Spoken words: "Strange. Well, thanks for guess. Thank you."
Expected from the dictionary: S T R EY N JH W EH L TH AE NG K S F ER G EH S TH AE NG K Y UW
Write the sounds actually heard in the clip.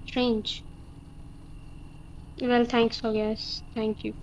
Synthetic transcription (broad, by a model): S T R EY N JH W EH L T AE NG K S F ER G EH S T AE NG K Y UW